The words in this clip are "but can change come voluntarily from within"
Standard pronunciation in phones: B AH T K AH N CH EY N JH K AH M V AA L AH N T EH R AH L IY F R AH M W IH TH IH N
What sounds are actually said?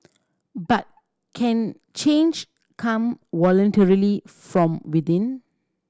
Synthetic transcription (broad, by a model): B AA T K AH N CH EY N JH K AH M W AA L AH N T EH R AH L IY F R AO M W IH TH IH N